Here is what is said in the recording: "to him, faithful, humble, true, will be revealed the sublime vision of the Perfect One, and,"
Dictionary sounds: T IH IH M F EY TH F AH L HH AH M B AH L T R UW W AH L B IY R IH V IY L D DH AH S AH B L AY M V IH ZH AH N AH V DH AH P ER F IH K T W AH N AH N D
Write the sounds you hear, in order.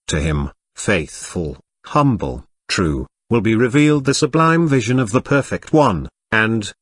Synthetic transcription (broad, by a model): T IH IH M F EY TH F AH L HH AH M B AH L T R UW W AH L B IY R IH V IY L D DH AH S AH B L AY M V IH ZH AH N AH V DH AH P ER F IH K T W AH N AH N